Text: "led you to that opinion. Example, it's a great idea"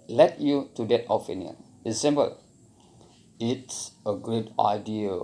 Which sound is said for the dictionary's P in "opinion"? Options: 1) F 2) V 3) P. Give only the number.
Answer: 1